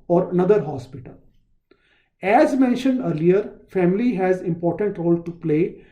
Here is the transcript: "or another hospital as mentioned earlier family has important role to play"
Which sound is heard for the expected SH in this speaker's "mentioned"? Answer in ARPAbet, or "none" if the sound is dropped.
SH